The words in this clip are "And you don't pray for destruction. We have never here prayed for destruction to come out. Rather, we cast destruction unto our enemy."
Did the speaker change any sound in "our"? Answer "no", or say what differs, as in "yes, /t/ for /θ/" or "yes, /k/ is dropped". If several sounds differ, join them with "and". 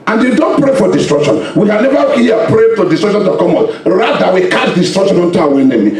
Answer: yes, /w/ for /ɹ/